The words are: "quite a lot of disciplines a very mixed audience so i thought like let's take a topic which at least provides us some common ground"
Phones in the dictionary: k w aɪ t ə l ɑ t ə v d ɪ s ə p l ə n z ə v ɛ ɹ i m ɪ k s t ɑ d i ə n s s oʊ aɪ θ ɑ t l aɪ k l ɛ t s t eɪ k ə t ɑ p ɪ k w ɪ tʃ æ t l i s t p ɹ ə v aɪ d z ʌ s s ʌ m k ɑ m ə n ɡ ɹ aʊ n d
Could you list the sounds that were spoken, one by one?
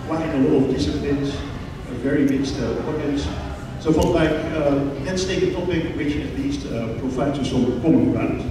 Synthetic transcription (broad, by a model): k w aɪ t ə l ɑ t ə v d ɪ s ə p l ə n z ə v ɛ ɹ i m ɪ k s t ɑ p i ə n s s oʊ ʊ f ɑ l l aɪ k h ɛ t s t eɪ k ə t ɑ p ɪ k w ɪ tʃ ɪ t l i s t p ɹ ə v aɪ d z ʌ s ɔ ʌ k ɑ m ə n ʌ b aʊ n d